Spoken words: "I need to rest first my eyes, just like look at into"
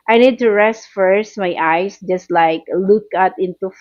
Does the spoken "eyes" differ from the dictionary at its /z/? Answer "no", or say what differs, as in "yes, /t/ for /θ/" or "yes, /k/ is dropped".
yes, /s/ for /z/